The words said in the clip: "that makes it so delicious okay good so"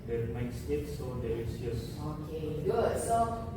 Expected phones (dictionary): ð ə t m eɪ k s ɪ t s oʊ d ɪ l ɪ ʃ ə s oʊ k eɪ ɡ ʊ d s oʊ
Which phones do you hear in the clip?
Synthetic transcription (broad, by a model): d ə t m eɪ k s ɪ t s oʊ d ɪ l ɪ s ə s oʊ k eɪ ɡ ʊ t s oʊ